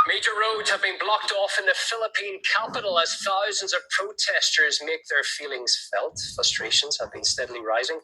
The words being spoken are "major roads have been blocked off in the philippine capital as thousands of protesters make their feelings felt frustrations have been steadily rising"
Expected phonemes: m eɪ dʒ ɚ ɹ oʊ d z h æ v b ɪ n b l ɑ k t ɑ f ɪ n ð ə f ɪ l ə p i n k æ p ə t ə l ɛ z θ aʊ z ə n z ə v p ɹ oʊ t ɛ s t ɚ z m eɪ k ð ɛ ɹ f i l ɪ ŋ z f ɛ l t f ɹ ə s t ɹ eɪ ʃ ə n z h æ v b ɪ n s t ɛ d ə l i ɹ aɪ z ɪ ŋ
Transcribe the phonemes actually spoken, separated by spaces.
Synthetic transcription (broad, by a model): m eɪ dʒ ɚ ɹ oʊ d z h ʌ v b ɪ n b l ɑ k t ɑ f ɪ n ð ə f ɪ l ə p i n k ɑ p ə t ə l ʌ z θ aʊ z ə n z ə v p ɹ oʊ t ɛ s t ɚ z m eɪ k ð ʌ ɹ f i l ɪ ŋ z f ɛ l t f ɹ ə s t ɹ eɪ ʃ ə n z h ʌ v b ɪ n s t ɛ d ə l i ɹ aɪ z ɪ ŋ